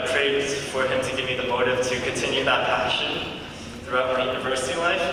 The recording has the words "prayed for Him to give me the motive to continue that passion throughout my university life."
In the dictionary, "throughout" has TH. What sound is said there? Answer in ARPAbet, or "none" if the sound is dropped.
TH